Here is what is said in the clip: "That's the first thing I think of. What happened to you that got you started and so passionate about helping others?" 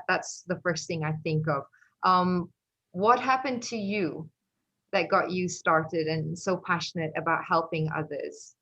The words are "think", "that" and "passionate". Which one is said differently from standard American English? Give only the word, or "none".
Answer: none